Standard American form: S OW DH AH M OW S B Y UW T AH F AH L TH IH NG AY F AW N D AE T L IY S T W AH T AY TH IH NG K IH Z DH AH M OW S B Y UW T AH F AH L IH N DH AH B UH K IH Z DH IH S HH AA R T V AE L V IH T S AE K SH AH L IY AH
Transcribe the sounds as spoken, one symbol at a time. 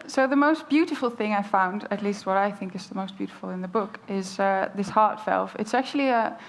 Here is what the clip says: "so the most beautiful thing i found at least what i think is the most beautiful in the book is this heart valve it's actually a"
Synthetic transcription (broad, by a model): S OW DH AH M OW S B Y UW T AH F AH L TH IH NG AY F AW N D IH T L IY S T W AH T AY TH IH NG K IH Z DH AH M OW S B Y UW T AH F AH L IH N DH AH B UH K IH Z DH IH S HH AA R T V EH L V IH T S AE K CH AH L IY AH